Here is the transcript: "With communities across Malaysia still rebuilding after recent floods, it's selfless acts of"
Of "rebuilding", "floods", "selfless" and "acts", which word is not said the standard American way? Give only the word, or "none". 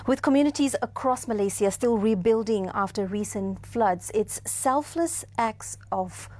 none